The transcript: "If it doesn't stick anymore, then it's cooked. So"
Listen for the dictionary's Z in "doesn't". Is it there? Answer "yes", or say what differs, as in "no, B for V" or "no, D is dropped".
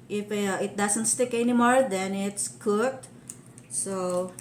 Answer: no, S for Z